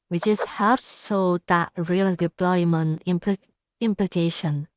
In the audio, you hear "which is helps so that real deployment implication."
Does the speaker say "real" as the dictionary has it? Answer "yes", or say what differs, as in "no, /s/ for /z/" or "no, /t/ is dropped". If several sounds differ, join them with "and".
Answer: yes